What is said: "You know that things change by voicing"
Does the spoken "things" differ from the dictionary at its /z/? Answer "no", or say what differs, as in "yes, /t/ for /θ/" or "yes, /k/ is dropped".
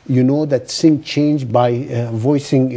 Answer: yes, /z/ is dropped